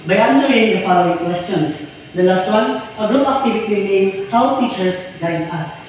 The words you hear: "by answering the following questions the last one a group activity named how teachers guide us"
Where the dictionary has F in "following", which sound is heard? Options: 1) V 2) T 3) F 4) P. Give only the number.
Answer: 3